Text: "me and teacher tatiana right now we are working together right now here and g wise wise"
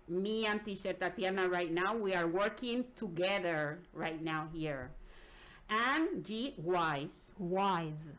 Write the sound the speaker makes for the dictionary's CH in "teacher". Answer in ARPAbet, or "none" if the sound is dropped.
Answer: SH